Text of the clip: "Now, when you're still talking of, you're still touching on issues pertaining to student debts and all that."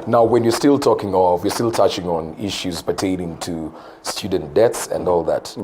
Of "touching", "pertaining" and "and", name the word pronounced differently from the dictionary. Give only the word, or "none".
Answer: none